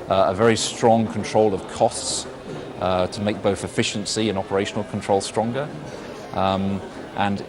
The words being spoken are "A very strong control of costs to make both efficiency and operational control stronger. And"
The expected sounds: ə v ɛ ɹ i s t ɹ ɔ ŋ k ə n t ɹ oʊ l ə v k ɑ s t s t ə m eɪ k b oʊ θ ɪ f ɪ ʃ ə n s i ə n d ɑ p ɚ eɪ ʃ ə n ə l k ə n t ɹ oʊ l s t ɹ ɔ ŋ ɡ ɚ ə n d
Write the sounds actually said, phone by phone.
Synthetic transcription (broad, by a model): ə v ɛ ɹ i s t ɹ ɔ ŋ k ə n t ɹ oʊ l ə v k ɑ s t s t ə m eɪ k b oʊ θ ɪ f ɪ ʃ ə n s i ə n ɑ p ɚ eɪ ʃ ə n ə l k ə n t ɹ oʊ l s t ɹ ɔ ŋ ɡ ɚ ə n